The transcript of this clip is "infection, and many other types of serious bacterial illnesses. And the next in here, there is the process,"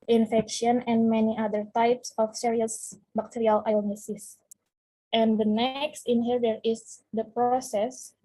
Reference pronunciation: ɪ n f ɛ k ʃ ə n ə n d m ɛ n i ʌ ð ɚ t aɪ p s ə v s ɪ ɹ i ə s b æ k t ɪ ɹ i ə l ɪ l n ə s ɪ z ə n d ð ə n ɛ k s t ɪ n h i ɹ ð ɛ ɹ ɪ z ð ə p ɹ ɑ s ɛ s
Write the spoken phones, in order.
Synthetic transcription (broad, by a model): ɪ n f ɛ k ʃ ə n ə n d m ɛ n i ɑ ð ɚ t aɪ p s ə f s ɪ ɹ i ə s b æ k t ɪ ɹ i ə l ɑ n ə s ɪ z ə n d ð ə n ɛ k s t ɪ n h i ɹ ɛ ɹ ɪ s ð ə p ɹ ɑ s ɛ s